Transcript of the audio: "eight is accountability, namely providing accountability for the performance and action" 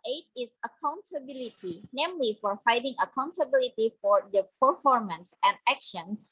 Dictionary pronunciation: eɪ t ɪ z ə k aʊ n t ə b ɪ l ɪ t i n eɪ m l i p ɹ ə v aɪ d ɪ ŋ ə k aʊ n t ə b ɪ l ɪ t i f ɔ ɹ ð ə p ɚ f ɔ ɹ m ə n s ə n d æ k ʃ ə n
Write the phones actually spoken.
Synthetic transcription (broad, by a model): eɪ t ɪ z ə k aʊ n t ə b ɪ l ɪ t i n eɪ m l i f ɹ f aɪ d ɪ ŋ ə k aʊ n t ə b ɪ l ɪ t i f ɔ ɹ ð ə p ɚ f ɔ ɹ m ə n s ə n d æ k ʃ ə n